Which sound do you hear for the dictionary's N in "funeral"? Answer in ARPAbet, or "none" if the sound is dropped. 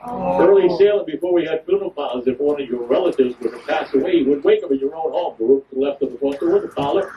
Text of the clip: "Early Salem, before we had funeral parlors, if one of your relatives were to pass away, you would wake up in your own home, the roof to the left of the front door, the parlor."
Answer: L